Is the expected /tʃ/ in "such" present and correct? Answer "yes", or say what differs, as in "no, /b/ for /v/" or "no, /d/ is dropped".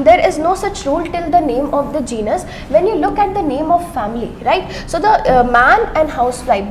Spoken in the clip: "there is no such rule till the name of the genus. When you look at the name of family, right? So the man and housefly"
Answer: yes